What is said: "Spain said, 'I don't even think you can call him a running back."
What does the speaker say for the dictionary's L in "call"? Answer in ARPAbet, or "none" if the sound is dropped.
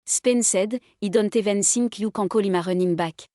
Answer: L